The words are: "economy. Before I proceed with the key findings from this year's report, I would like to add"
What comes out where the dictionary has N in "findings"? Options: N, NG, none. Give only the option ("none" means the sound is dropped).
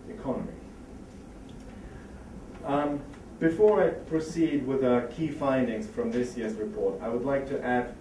N